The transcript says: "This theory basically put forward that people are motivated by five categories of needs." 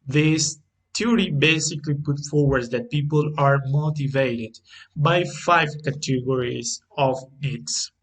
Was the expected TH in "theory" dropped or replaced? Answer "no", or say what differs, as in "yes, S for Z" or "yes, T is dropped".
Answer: yes, T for TH